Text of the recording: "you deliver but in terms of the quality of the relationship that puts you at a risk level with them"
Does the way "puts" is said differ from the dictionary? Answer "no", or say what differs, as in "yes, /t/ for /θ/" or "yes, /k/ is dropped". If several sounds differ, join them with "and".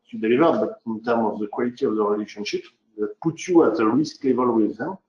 yes, /s/ is dropped